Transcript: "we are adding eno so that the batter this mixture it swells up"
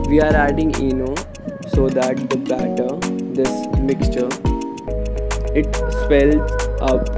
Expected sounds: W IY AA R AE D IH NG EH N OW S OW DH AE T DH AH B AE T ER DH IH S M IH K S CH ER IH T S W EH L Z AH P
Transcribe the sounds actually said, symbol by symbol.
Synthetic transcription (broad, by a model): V IY AA R AE D IH NG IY N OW S OW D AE T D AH B AE T ER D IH S M IH K S CH ER IH T S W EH L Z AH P